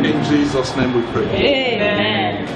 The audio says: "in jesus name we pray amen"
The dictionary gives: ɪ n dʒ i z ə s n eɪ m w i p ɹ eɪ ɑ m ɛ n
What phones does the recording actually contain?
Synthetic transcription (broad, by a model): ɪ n dʒ i z ə s n eɪ m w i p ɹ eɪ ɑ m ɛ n